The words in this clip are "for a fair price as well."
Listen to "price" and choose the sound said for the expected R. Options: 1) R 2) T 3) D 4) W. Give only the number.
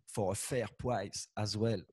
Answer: 4